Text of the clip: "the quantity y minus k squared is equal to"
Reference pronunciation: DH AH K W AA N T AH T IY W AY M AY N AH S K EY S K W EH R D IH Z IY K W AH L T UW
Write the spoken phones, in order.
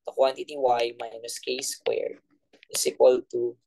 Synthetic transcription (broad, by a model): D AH K W AA N T AH T IY W AY M AY N AH S K EY S K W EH R IH S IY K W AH L T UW